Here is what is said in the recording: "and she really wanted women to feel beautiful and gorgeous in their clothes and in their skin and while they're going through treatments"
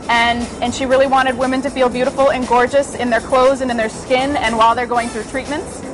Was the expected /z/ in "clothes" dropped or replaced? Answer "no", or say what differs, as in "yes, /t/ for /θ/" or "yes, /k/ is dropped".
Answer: no